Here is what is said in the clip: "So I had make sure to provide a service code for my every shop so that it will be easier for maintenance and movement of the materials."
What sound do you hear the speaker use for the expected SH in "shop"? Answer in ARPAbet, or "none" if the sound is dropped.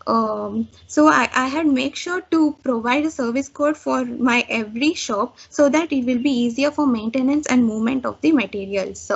SH